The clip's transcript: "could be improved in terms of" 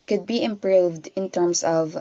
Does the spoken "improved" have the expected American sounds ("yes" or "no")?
yes